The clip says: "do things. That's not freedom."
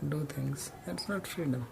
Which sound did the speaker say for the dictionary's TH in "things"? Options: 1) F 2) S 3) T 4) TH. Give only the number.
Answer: 3